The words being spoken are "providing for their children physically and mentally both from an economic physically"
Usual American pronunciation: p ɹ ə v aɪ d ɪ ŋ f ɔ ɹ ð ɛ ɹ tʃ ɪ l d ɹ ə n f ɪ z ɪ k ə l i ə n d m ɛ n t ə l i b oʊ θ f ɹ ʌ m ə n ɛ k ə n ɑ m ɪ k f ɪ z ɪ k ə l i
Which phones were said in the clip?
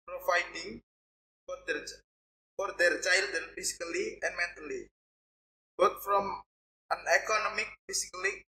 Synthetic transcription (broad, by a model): p ɹ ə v aɪ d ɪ ŋ f ɔ ɹ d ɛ ɹ tʃ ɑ l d ə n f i s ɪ k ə l i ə n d m ɛ n t ə l i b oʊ t f ɹ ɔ m ə n ɛ k ə n ɑ m ɪ k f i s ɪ k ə l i